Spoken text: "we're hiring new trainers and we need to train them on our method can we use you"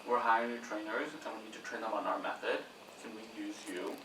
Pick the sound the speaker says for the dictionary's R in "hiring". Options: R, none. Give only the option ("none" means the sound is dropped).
none